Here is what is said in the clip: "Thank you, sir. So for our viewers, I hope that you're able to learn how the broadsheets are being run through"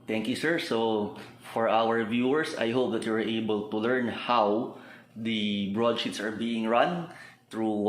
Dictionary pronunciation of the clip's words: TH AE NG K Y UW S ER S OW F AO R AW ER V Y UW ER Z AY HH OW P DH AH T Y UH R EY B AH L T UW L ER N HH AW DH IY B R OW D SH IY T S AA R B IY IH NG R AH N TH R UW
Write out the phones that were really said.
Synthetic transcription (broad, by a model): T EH NG K Y UW S ER S OW F AO R AW ER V Y UW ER S AY HH OW P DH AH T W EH R EY B AH L T UW L ER N HH AW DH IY B R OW D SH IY T S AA R B IY IH NG R AH N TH R UW